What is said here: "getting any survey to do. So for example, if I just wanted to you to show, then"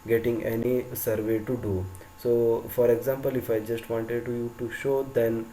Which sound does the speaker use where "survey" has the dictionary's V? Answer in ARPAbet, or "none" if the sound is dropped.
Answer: V